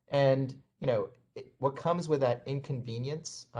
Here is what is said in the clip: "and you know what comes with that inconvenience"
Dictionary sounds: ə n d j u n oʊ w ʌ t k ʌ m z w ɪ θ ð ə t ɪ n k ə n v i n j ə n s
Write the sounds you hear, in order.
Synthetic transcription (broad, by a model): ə n j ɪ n oʊ w ʌ t k ʌ m z w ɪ ð ə t ɪ n k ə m v i n j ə n s